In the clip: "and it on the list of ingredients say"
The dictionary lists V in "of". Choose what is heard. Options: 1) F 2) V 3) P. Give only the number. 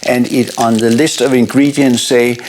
2